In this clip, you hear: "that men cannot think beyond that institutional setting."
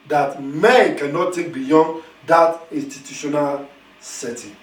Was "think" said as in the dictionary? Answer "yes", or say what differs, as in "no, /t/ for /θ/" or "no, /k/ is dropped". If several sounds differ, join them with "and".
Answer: no, /t/ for /θ/ and /ŋ/ is dropped